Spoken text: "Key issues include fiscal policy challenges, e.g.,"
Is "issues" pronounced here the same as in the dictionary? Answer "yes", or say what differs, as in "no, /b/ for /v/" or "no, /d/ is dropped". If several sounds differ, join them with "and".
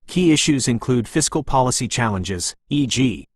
yes